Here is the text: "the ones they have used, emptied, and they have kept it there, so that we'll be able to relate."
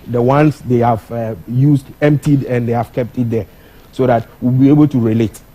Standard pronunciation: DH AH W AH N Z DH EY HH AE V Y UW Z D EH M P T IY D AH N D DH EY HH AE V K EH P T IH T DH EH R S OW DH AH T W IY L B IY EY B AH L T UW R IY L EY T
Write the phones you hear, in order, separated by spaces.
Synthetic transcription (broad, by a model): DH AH W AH N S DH EY HH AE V Y UW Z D EH M P T IY D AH N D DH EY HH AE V K EH P T IH T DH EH S OW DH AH T W IY L B IY EY B AH L T UW R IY L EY T